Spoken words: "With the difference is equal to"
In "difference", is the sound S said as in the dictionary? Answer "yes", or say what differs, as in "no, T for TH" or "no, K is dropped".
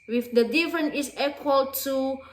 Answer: no, S is dropped